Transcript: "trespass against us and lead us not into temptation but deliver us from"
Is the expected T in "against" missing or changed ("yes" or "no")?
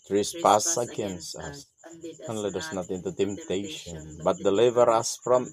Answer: yes